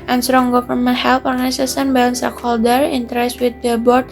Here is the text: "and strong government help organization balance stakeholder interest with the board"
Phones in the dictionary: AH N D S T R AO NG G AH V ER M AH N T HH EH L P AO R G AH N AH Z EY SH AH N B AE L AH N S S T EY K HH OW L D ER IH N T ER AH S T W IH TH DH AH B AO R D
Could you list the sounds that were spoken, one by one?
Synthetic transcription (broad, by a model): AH N S T R AO NG G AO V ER M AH N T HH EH L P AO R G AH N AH S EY S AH N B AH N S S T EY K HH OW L D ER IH N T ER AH S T W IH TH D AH B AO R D